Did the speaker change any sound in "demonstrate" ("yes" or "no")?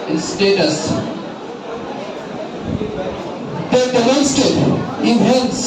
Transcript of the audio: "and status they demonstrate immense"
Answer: yes